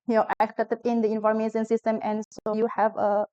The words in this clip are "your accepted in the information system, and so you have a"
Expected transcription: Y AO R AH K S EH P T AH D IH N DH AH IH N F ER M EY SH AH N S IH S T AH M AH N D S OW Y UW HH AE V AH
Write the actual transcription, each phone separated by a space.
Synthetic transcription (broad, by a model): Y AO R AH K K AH T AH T IH N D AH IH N F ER M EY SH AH N S IH S T AH M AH N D S OW Y UW HH AE V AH